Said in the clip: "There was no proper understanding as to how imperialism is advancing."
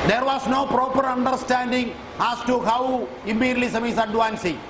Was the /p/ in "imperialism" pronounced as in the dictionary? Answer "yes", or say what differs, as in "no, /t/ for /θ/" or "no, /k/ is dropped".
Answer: no, /p/ is dropped